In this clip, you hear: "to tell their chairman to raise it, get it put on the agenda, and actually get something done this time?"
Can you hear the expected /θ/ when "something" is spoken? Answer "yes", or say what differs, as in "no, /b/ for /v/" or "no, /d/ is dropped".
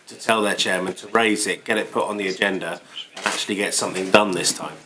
yes